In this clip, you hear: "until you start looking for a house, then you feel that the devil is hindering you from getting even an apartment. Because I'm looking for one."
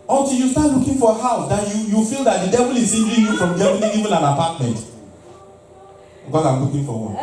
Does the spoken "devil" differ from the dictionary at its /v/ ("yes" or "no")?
no